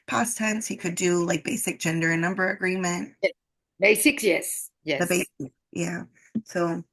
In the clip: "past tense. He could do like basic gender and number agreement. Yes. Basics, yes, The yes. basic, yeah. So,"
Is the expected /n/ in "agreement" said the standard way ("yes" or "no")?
yes